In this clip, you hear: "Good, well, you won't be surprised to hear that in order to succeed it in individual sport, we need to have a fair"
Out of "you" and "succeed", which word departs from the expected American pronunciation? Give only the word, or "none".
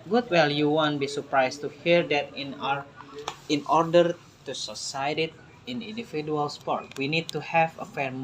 succeed